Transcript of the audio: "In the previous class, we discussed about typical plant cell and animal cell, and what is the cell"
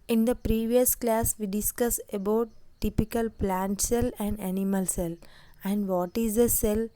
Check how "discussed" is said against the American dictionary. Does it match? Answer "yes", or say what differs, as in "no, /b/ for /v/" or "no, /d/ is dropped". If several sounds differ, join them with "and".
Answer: no, /t/ is dropped